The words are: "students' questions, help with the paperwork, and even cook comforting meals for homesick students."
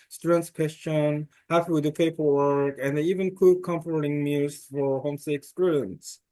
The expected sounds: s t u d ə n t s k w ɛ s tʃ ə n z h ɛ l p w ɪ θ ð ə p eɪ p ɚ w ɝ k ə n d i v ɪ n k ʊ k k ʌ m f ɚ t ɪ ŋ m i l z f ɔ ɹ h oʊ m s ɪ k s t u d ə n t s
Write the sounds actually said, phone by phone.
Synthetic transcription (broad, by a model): s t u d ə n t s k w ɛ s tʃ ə n h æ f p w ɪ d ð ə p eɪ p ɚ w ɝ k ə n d i v ɪ n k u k k ʌ m f ɚ t ɪ ŋ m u z f ɔ ɹ h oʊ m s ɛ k s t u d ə n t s